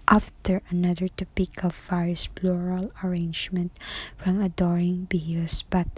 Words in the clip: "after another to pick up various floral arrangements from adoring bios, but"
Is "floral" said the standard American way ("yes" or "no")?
no